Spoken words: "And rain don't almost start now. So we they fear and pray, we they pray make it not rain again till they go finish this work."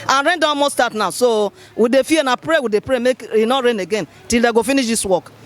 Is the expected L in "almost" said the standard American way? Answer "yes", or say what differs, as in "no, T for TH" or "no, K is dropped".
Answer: no, L is dropped